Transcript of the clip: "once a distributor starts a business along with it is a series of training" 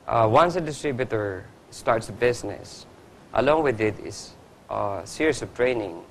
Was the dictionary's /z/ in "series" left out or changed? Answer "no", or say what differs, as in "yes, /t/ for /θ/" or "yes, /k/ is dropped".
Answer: yes, /s/ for /z/